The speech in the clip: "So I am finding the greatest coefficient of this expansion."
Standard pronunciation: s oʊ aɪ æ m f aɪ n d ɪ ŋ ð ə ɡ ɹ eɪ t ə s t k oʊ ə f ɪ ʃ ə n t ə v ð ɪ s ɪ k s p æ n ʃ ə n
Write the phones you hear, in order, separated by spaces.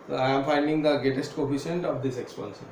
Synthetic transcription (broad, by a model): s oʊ aɪ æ m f aɪ n d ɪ ŋ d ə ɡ eɪ t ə s t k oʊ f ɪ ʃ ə n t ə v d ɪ s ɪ k s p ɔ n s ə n